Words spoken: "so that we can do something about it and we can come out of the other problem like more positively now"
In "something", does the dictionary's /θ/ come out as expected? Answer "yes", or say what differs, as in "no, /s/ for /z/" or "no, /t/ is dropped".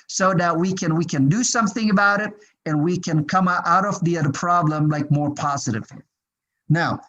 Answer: yes